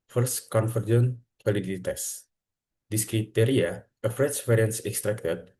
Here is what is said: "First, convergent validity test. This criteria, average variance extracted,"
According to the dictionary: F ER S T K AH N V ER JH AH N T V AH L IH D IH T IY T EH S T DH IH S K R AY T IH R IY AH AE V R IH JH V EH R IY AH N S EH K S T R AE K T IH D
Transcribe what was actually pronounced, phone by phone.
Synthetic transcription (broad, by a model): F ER S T K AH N F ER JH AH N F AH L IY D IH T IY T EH S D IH S K R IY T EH R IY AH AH F R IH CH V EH R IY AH N S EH K S T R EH K T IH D